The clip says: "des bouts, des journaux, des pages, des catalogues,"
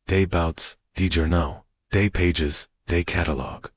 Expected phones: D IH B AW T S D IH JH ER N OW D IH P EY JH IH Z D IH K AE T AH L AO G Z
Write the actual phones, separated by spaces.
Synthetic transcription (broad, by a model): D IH B AW T S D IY JH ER N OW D IH P EY JH IH Z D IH K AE T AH L AO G